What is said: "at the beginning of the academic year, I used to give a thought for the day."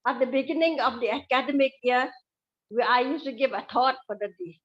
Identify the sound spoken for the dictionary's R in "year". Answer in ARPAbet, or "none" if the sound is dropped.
W